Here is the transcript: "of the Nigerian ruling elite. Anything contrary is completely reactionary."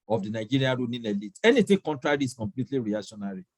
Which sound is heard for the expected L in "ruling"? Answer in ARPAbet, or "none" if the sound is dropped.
N